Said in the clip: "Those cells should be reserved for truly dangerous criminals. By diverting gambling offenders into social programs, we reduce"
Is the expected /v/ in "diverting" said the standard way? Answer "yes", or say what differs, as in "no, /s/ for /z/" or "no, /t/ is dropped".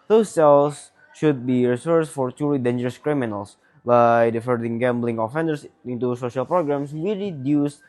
no, /f/ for /v/